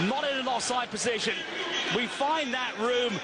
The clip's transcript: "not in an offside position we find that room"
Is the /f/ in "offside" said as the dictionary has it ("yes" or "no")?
no